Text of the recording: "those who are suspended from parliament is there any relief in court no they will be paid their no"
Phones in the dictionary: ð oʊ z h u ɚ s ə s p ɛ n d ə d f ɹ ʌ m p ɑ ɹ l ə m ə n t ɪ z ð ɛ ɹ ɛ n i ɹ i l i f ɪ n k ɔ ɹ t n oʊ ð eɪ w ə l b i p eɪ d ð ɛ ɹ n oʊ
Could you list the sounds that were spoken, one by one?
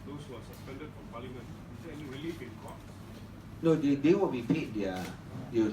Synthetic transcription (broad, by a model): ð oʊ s h u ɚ s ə s p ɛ n d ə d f ɹ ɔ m p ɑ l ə m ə n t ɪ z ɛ ɛ n i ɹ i l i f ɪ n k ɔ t n oʊ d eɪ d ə w b i p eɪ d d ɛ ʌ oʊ